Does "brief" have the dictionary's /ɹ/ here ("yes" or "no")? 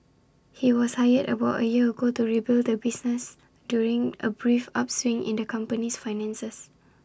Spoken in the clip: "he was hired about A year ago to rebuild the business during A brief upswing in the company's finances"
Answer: yes